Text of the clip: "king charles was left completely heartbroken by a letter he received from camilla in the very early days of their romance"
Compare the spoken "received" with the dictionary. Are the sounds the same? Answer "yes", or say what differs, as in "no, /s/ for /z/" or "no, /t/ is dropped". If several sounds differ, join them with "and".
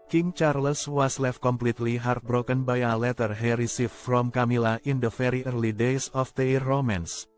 no, /f/ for /v/